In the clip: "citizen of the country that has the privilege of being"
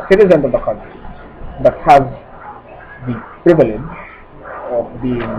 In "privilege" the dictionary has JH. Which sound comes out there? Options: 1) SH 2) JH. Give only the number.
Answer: 2